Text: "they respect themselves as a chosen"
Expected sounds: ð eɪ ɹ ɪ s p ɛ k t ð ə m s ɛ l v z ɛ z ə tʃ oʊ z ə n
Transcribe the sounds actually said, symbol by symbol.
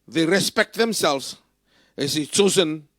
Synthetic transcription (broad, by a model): ð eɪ ɹ ɪ s p ɛ k t ð ə m s ɛ l v z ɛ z ə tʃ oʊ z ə n